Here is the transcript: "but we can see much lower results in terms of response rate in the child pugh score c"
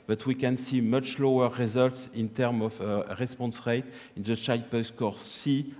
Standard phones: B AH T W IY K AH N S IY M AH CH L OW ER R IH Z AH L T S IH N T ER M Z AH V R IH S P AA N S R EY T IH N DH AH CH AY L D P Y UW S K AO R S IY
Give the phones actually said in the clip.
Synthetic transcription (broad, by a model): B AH T W IY K AH N S IY M AH CH L OW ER R IH Z AH L T S IH N T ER M AH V R IH S P AA N S R EY T IH N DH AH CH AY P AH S K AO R S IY